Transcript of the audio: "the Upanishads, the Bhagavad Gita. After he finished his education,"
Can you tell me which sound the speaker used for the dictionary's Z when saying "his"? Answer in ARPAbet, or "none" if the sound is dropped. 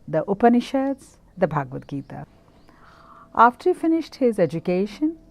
Z